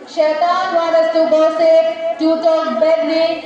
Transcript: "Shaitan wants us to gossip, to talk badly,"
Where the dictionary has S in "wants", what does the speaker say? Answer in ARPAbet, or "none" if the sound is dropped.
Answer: none